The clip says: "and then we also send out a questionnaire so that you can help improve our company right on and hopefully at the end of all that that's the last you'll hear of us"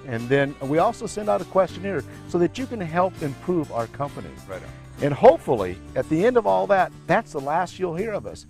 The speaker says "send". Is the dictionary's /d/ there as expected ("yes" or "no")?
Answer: yes